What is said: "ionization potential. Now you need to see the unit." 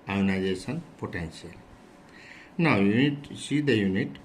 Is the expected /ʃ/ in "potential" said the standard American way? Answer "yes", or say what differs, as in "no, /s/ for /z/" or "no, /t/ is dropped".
no, /s/ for /ʃ/